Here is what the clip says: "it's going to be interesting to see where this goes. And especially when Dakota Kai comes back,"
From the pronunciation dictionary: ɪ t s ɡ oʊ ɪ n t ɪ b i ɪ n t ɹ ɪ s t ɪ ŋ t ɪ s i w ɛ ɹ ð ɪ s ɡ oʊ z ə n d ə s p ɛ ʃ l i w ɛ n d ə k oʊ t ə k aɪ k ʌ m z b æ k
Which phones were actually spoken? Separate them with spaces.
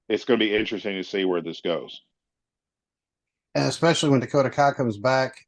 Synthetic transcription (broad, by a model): ɪ t s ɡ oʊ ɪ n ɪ b i ɪ n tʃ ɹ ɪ s t ɪ ŋ t ɪ s i w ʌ ɹ ð ɪ s ɡ oʊ z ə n ə s p ɛ ʃ l i w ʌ n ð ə k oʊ t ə k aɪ k ʌ m z b æ k